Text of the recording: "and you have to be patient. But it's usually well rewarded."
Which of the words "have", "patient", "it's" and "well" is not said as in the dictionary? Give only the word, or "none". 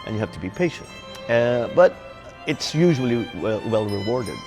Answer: have